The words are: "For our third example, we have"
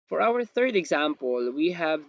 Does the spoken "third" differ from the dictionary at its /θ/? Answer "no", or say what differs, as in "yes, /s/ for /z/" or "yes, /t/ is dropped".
no